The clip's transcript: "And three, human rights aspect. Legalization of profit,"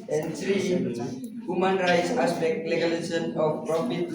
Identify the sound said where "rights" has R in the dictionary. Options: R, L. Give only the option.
R